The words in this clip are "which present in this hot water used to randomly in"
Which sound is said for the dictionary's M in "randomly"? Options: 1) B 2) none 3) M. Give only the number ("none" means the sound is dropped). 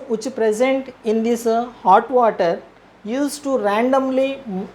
3